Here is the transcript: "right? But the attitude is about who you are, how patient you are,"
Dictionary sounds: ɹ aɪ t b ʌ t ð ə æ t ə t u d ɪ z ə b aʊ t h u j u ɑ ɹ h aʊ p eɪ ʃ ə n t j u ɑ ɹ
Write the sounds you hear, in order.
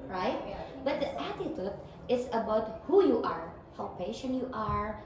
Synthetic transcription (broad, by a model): ɹ aɪ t b ʌ t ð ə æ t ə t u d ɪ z ə b aʊ t h u j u ɑ ɹ h aʊ p eɪ ʃ ə n t j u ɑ ɹ